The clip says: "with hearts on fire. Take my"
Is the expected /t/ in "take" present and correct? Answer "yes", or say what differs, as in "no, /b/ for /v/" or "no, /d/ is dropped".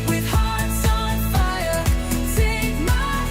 no, /s/ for /t/